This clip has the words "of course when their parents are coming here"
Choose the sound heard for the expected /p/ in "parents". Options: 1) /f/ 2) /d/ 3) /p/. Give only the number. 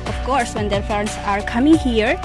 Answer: 1